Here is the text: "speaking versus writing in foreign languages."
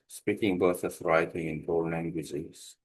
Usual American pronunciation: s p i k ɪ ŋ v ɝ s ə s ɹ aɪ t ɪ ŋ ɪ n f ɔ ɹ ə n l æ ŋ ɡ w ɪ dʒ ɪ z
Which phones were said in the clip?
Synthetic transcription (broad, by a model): s p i k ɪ ŋ b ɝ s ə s ɹ aɪ t ɪ ŋ ɪ n p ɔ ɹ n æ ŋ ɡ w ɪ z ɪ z